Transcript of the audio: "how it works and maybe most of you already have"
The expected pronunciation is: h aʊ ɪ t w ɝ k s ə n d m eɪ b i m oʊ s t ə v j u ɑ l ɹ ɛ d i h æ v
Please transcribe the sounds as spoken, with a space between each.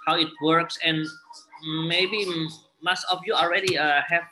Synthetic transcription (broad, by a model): h aʊ ɪ t w ɝ k s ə n m eɪ b i m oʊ s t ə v j u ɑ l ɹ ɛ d i h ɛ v